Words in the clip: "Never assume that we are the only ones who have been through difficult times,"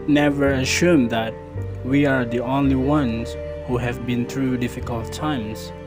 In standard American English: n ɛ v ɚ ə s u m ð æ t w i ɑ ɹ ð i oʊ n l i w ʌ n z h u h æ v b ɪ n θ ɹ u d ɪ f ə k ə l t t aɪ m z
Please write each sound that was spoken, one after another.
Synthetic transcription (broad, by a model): n ɛ v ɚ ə ʃ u m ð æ t w i ɑ ɹ ð i oʊ n l i w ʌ n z h u h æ v b ɪ n θ ɹ u d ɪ f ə k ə l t t aɪ m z